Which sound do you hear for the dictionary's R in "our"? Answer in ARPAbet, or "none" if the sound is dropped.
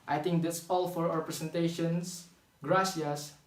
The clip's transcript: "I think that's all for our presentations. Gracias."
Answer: W